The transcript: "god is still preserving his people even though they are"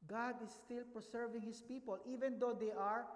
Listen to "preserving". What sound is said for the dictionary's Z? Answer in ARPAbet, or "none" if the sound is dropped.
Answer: S